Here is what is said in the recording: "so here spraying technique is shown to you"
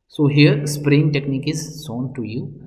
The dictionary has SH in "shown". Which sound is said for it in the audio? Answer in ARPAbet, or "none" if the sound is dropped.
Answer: S